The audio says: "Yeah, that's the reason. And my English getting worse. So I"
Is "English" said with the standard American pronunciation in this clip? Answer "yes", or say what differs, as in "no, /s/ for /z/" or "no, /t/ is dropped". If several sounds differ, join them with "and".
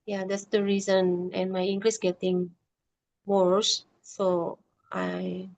no, /s/ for /ʃ/